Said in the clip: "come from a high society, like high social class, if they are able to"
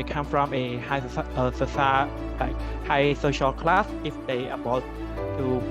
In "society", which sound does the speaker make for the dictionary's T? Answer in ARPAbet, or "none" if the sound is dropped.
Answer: S